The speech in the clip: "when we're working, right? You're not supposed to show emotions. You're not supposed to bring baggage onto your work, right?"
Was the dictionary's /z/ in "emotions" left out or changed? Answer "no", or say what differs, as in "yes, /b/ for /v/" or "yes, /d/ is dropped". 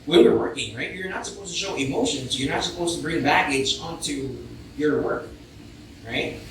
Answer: no